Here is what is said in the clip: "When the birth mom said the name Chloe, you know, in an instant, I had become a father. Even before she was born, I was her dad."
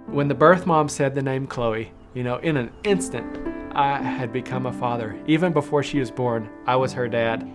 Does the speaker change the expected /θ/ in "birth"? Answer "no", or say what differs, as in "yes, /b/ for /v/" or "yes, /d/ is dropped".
no